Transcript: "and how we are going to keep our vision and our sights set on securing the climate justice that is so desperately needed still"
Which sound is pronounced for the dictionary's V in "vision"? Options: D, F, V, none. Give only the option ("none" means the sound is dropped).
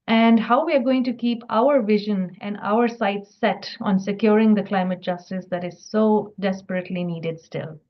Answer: V